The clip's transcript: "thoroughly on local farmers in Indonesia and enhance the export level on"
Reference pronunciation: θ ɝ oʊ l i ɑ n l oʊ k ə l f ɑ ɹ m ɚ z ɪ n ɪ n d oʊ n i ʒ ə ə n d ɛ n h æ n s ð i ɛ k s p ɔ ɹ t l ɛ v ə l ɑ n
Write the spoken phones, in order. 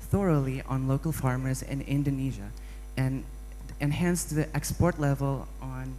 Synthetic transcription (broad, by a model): θ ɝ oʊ l i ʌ n l oʊ k l f ɑ ɹ m ɚ z ɪ n ɪ n d oʊ n i ʒ ə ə n ɛ n h æ n s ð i ɛ k s p ɔ ɹ t l ɛ v ə l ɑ n